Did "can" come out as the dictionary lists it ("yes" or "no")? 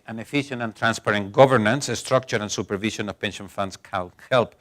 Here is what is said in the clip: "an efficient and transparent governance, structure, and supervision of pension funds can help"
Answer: no